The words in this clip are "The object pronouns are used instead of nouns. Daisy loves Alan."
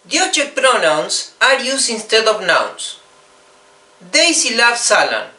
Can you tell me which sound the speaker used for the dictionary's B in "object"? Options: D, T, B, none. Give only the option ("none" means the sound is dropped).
none